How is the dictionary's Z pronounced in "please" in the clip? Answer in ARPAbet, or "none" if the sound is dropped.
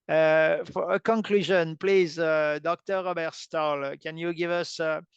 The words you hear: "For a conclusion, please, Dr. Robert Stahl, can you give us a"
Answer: Z